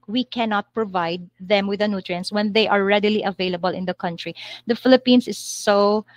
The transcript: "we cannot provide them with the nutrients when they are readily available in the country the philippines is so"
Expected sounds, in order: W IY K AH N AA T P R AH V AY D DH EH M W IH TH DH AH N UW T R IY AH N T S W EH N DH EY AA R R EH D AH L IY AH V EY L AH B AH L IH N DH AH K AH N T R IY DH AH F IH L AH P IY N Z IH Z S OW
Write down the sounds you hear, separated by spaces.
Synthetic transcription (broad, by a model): W IY K AH N AA T P R AH V AY D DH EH M W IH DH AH N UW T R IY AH N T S W EH N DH EY AA R R EH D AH L IY AH V EY L AH B AH L IH N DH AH K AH N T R IY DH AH F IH L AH P IY N S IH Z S OW